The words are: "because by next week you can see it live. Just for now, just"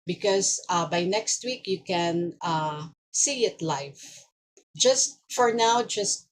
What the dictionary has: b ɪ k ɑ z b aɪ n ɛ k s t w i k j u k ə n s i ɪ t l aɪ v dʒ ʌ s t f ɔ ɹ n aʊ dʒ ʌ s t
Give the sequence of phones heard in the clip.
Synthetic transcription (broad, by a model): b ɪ k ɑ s b aɪ n ɛ k s t w i k j u k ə n s i ɪ t l aɪ f dʒ ʌ s t f ɔ ɹ n aʊ dʒ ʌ s t